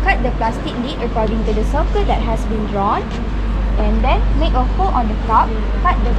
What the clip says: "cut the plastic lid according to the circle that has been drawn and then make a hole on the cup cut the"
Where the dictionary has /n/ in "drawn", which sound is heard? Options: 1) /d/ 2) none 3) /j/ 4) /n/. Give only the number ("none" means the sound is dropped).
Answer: 4